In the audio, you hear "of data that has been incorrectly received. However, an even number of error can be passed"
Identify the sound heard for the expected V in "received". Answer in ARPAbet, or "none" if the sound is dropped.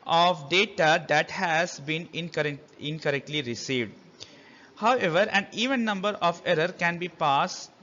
V